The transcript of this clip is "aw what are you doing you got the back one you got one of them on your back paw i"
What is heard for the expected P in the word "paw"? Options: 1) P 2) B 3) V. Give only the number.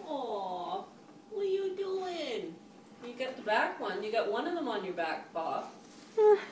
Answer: 2